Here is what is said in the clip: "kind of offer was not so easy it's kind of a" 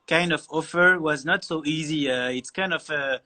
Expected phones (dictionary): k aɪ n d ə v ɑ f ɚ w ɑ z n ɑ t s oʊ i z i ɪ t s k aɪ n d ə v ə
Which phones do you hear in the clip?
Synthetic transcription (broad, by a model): k aɪ n d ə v ɑ f ɚ w ɑ z n ɑ t s oʊ i z i ɪ t s k aɪ n d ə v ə